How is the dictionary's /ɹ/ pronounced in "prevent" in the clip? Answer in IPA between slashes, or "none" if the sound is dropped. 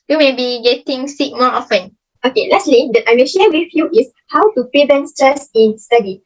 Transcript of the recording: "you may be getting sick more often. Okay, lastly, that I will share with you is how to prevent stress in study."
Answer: none